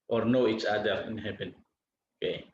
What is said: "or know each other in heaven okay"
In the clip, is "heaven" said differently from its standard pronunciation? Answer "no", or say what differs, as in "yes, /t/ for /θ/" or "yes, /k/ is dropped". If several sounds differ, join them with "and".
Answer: yes, /p/ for /v/